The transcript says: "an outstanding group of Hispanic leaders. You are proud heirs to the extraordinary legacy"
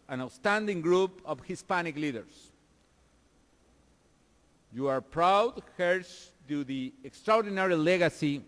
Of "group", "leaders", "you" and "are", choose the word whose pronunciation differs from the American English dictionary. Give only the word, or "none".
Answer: leaders